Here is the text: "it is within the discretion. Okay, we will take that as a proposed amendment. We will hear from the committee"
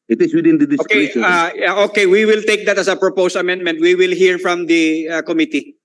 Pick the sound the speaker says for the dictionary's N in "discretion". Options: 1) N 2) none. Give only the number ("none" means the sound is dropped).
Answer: 2